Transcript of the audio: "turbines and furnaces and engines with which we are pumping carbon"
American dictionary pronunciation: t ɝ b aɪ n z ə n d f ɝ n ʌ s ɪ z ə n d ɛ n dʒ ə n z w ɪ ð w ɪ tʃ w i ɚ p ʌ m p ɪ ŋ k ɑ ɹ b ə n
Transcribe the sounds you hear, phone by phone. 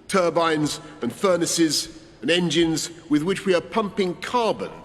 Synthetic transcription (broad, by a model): t ɝ b aɪ n z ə n f ɝ n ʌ s ɪ z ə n ɛ n dʒ ə n z w ɪ ð w ɪ tʃ w i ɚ p ʌ m p ɪ ŋ k ɑ ɹ b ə n